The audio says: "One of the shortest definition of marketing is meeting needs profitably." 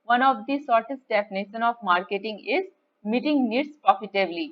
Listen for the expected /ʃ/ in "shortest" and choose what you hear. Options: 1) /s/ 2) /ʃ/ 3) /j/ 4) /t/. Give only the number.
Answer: 1